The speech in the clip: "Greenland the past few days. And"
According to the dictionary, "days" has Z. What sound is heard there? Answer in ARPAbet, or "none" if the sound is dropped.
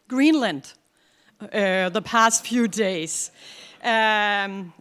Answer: none